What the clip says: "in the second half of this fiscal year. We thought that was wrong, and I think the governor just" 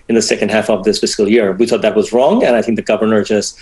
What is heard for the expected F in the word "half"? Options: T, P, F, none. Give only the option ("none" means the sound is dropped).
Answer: F